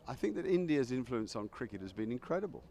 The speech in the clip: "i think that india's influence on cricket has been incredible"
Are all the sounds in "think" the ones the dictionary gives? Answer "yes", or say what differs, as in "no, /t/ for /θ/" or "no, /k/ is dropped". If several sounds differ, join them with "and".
yes